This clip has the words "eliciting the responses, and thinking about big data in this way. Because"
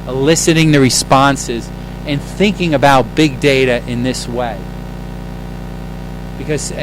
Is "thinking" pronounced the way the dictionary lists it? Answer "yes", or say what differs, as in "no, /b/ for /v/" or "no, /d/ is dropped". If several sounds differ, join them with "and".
yes